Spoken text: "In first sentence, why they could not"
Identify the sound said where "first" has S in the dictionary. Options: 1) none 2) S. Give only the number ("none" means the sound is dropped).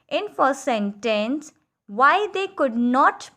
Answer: 1